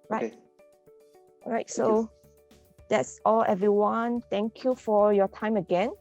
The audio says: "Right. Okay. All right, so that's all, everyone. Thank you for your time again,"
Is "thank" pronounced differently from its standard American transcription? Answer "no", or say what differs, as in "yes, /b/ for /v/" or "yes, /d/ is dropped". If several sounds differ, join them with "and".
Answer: yes, /t/ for /θ/